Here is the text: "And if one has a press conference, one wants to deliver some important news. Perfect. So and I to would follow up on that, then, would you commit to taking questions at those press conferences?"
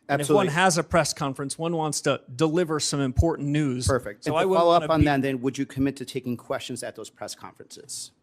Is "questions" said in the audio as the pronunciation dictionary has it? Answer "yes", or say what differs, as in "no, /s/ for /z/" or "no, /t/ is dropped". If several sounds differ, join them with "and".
yes